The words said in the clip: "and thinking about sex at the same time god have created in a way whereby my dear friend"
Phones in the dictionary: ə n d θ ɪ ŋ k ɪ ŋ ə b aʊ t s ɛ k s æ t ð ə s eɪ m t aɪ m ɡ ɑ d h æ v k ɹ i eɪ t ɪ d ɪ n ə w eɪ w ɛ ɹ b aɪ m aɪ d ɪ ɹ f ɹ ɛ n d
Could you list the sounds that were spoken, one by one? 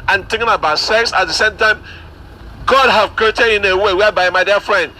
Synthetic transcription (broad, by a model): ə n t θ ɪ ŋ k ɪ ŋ ə b aʊ t s ɛ k s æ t ð ə s eɪ m t aɪ m ɡ ɑ d h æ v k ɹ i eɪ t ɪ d ɪ n ə w eɪ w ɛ b aɪ m aɪ d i f ɹ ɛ n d